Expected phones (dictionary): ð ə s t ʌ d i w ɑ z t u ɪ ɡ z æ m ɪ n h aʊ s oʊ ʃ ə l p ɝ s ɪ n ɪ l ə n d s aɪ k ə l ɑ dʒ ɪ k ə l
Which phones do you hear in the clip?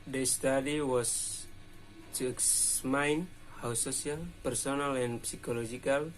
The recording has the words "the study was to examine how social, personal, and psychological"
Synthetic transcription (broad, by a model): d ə s t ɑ d i w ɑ s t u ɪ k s m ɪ n h aʊ s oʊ s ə l p ɝ s ɪ n ɪ l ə n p s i k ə l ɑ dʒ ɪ k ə l